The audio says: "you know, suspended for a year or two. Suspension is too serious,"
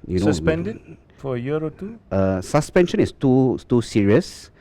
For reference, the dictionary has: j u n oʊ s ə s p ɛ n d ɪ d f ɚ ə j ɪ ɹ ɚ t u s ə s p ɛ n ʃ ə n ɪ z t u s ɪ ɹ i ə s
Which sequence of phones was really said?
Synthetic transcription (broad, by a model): j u n oʊ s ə s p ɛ n d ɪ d f ə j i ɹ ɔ t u s ə s p ɛ n ʃ ə n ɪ s t u s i ɹ i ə s